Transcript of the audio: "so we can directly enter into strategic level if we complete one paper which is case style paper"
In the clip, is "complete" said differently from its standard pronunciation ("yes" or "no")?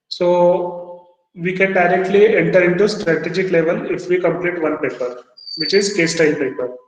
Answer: no